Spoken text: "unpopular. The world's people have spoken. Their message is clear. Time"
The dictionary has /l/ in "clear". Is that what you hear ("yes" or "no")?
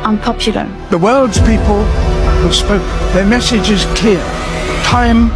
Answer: no